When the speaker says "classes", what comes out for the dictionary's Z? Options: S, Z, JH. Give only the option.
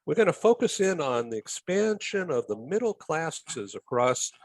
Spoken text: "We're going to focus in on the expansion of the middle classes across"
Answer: Z